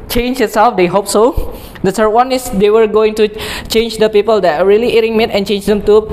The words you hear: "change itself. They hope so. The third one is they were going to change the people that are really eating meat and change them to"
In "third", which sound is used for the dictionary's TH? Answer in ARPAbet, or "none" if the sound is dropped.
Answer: S